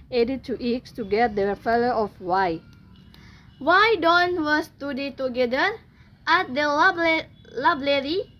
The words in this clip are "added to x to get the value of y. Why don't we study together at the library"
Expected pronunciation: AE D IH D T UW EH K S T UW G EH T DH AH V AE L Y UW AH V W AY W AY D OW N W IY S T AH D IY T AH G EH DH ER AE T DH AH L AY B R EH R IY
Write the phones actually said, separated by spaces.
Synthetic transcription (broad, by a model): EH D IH T UW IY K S T UW G EH T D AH F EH L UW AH F W AY W AY D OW N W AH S T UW D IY T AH G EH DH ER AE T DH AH L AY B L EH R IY